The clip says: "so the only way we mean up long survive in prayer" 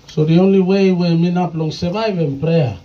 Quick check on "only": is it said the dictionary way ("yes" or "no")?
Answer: yes